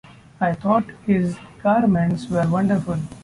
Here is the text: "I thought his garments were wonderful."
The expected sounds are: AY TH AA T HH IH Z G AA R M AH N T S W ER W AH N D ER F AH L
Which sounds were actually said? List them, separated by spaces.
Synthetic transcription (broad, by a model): AY T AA T HH IH Z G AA R M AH N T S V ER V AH N D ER F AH L